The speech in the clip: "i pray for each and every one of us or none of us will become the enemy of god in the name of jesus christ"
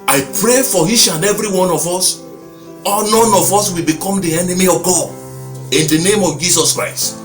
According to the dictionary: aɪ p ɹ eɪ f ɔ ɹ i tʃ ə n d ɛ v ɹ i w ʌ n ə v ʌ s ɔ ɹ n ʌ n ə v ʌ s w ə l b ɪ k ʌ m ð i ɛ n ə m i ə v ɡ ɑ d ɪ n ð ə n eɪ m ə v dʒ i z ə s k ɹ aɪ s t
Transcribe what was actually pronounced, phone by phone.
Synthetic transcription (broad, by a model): aɪ p ɹ eɪ f ɔ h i ʃ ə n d ɛ v ɹ i w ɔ n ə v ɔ s ɔ l n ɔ n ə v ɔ s w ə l b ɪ k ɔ m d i ɛ n ə m i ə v ɡ ɑ d ɪ n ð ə n eɪ m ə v dʒ i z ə s k ɹ aɪ s t